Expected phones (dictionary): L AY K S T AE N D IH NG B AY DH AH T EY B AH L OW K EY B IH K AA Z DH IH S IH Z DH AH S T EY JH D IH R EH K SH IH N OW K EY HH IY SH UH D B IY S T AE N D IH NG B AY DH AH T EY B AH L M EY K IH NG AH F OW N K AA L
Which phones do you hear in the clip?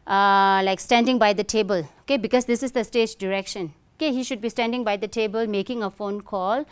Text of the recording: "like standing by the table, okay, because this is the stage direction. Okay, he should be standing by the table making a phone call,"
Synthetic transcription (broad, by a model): L AY K S T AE N D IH NG B AY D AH T EY B AH L OW K EY B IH K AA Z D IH S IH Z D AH S T EY JH D IH R EH K SH IH N OW K EY HH IY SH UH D B IY S T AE N D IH NG B AY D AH T EY B AH L M EY K IH NG AH F OW N K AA L